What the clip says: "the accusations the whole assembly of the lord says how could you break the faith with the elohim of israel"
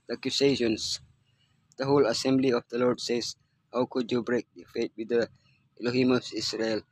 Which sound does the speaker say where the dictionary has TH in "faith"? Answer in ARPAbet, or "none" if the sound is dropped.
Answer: T